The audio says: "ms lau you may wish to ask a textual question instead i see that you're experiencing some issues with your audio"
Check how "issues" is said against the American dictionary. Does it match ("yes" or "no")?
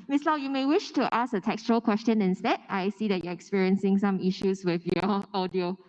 no